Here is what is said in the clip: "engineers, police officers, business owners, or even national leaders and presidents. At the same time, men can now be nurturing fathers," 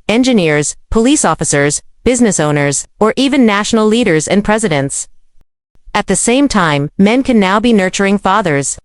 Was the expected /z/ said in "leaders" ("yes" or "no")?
yes